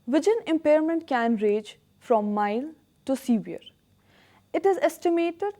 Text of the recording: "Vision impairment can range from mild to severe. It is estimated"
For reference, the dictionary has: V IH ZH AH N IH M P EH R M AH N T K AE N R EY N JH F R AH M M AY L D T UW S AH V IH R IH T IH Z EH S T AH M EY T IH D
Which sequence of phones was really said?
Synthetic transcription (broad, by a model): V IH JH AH N IH M P EH R M AH N T K AE N R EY JH F R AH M M AY L T UW S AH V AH R IH T IH Z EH S T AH M EY T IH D